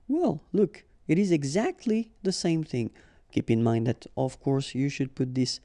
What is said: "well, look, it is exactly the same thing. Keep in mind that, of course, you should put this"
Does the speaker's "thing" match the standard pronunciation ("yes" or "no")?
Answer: yes